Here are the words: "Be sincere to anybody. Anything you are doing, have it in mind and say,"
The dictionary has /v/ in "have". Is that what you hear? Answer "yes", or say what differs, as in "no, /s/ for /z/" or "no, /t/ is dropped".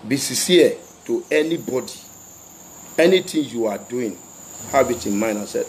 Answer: no, /b/ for /v/